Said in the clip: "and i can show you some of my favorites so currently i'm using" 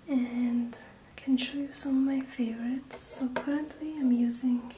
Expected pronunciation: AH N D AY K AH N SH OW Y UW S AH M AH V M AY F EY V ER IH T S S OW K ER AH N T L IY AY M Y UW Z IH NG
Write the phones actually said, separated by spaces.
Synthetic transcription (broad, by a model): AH N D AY K AH N SH OW Y UW S AH M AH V M AY F EY V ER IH T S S OW K ER AH N T L IY AY M Y UW Z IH NG